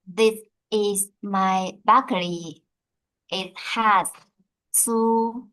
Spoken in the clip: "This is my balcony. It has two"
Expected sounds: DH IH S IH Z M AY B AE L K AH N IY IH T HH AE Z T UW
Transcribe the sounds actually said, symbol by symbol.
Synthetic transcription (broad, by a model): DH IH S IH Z M AY B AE K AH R IY IH T HH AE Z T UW